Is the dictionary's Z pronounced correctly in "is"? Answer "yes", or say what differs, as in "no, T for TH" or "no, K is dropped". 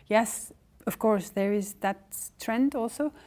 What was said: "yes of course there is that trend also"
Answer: yes